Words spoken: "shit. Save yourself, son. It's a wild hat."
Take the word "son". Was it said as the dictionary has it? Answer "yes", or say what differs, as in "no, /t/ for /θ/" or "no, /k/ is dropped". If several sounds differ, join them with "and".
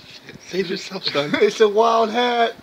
no, /n/ is dropped